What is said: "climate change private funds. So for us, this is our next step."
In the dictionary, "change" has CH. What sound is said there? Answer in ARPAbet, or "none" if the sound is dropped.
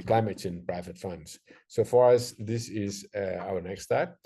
S